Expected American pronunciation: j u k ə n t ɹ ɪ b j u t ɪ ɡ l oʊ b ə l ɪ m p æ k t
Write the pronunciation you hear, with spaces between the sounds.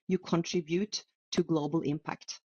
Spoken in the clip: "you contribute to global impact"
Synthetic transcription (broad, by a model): j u k ə n t ɹ ɪ b j u t ɪ ɡ l oʊ b ə l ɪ m p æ k t